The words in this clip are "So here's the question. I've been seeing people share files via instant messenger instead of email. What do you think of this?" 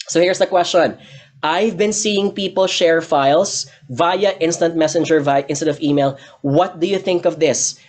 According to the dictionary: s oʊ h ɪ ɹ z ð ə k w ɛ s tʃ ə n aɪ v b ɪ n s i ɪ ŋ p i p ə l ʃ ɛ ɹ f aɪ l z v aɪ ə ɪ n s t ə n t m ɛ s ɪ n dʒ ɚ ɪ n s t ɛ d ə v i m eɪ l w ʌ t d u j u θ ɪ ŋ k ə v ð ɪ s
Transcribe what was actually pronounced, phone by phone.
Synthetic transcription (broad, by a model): s oʊ h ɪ ɹ s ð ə k w ɛ s tʃ ə n aɪ v b ɪ n s i ɪ ŋ p i p ə l ʃ ɛ ɹ f aɪ l s v aɪ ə ɪ n s t ə n t m ɛ s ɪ n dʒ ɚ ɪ n s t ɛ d ə v i m eɪ l w ʌ t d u j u θ ɪ ŋ k ə v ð ɪ s